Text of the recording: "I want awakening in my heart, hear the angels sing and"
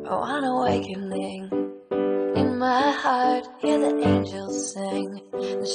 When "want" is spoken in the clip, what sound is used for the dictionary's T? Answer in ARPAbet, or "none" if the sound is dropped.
none